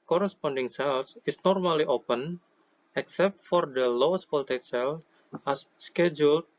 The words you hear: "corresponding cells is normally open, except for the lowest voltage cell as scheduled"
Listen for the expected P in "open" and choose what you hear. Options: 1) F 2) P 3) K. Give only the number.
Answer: 2